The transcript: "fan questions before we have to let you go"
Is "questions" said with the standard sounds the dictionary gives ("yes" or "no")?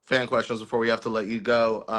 yes